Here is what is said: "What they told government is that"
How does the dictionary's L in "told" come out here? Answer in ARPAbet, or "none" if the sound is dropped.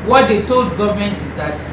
L